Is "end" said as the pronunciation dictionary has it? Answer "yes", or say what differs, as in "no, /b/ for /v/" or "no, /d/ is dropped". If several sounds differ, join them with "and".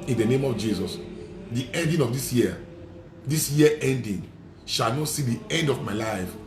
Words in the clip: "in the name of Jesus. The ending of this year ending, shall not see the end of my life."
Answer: yes